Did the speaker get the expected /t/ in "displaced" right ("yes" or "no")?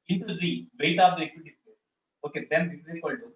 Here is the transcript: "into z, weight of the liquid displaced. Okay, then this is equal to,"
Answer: no